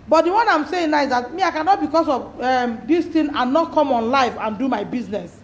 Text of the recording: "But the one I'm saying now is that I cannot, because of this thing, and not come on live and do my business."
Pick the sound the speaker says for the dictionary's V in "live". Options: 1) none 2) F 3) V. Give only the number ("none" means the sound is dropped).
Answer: 2